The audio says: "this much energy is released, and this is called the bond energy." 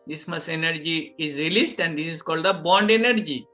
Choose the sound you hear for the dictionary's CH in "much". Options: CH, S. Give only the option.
S